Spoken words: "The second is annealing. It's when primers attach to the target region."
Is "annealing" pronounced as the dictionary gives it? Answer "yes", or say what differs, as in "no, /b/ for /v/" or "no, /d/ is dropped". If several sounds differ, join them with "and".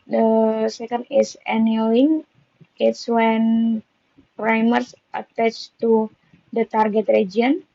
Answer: no, /l/ is dropped